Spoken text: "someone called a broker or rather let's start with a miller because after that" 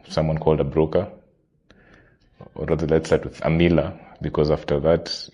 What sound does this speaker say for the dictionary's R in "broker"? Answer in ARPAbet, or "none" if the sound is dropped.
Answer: R